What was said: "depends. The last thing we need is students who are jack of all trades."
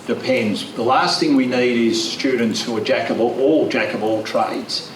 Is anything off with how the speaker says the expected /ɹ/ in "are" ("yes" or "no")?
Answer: yes